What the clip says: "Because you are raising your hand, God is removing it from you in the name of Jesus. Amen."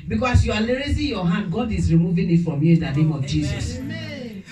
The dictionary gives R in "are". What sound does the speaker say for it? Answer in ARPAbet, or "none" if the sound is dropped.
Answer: L